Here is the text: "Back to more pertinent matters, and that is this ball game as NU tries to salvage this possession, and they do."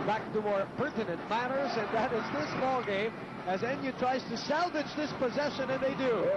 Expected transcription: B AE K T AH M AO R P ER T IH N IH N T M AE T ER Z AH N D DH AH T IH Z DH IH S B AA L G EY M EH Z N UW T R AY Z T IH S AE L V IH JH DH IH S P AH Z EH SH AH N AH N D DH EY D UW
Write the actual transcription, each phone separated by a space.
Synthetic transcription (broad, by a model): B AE K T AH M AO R P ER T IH N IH N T M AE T ER Z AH N DH AH T IH Z DH IH S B AA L G EY M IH Z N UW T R AY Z T IH S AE L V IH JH DH IH S P AH Z EH SH AH N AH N DH EY D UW